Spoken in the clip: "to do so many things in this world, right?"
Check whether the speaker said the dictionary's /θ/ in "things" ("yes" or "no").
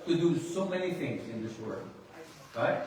yes